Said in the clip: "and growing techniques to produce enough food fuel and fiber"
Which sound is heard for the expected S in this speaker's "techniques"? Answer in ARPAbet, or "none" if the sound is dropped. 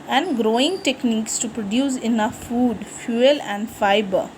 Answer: S